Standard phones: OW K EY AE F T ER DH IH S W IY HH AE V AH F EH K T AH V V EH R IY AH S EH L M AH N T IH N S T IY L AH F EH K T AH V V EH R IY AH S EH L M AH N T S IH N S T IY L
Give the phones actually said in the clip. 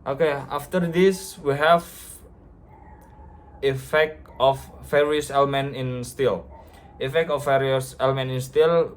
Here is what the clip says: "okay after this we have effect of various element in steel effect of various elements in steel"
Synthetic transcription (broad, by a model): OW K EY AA F T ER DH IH S W IY HH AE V AH F EH K T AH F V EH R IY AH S EH L M AH N T IH N S T IY L AH F EH K T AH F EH R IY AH S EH L M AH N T IH N S T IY L